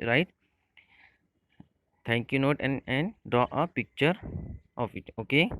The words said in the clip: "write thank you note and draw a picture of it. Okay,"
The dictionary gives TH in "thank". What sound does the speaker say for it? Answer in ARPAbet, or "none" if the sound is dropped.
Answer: T